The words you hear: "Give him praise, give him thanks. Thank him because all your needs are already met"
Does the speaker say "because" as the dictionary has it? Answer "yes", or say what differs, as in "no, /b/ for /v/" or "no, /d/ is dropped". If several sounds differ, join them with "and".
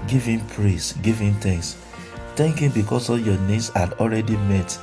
no, /s/ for /z/